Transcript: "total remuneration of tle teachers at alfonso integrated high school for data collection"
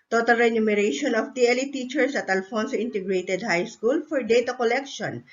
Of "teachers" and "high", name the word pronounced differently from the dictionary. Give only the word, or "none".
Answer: teachers